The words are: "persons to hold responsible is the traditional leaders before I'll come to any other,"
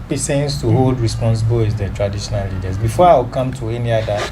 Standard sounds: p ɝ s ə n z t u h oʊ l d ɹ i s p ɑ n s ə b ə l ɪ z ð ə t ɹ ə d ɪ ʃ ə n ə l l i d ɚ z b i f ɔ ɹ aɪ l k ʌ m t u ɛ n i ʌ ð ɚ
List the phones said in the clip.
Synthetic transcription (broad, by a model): p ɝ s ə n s t u h oʊ l d ɹ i s p ɑ n s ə b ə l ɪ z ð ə t ɹ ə d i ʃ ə n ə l l i d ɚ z b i f ɔ aɪ w k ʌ m t u ɛ n i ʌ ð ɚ